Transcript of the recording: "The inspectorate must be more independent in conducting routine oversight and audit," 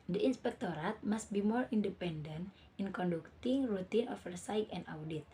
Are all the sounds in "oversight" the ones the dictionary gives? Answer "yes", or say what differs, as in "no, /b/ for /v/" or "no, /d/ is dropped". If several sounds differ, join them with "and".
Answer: no, /f/ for /v/